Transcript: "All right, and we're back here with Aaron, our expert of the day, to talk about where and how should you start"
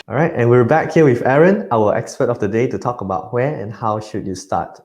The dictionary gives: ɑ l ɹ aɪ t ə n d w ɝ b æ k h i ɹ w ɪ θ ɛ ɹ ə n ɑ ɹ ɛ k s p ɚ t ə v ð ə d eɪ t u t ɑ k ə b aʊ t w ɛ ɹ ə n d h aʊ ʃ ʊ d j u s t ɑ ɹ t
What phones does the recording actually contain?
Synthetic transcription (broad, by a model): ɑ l ɹ aɪ t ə n w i b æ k h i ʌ w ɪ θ ɛ ɹ ə n ɑ l ɛ k s p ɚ t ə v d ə d eɪ t u t ɑ k ə b aʊ t w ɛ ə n h aʊ ʃ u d j u s t ɑ t